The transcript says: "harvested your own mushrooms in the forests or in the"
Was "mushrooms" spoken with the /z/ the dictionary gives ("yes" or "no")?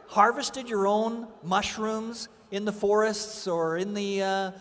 yes